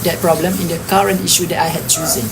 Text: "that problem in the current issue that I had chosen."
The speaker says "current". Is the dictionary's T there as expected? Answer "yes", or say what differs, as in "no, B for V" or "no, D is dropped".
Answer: yes